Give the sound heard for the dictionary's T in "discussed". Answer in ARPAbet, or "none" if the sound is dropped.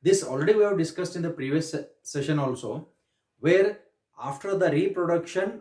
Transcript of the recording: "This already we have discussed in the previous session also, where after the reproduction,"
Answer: T